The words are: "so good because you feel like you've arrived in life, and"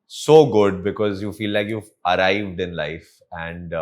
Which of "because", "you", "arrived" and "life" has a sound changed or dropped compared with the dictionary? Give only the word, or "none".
none